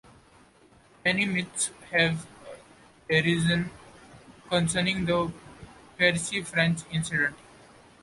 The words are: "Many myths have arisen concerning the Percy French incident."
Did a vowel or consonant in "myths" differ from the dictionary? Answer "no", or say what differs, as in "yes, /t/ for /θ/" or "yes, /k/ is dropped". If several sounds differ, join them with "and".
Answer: yes, /t/ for /θ/